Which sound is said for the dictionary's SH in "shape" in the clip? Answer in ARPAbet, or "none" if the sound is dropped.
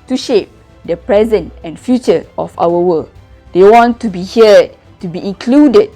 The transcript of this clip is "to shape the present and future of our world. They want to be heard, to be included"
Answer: SH